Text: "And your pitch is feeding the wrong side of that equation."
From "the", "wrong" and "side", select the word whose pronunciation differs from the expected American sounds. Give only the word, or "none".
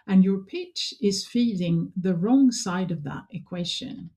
none